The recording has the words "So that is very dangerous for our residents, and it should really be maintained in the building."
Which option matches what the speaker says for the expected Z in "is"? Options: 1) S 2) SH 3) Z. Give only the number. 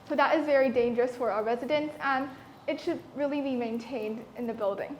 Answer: 3